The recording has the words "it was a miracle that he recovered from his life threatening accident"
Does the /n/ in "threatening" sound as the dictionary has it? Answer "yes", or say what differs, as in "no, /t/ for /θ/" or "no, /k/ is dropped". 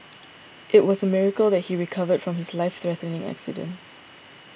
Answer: yes